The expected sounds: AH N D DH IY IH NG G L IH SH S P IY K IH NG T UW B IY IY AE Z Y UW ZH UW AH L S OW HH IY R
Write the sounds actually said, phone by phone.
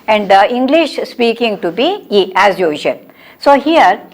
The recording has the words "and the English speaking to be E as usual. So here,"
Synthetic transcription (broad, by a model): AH N D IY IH NG G L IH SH S P IY K IH NG T UW B IY IY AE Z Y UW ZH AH N S OW HH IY R